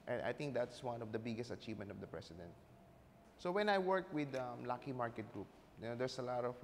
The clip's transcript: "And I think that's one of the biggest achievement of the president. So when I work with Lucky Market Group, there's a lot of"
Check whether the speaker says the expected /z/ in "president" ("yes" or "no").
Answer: no